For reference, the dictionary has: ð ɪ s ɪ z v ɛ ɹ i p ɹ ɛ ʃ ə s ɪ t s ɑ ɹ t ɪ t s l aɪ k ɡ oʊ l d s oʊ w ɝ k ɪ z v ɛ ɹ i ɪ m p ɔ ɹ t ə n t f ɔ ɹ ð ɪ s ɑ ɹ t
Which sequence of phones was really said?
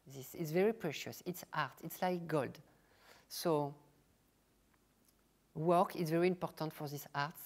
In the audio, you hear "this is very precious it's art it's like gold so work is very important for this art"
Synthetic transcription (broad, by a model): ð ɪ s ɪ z v ɛ ɹ i p ɹ ɛ ʃ ə s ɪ t s ɑ ɹ t ɪ t s l aɪ k ɡ oʊ l d s oʊ w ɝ k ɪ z v ɛ ɹ i ɪ m p ɔ ɹ t ə n t f ɔ ɹ ð ɪ s ɑ ɹ t